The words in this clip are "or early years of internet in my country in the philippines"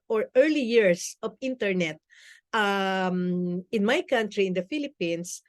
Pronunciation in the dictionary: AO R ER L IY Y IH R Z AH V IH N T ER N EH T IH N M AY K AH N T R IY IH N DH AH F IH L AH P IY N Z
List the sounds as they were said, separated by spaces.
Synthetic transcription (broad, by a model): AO R ER L IY Y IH R S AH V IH N T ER N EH T IH N M AY K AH N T R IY IH N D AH F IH L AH P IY N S